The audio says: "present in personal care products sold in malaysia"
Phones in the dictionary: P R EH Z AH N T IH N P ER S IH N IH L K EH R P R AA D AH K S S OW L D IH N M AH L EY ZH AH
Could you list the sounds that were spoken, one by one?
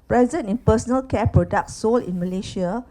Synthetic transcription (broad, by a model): P R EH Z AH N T IH N P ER S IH N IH L K EH P R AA D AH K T S OW L IH N M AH L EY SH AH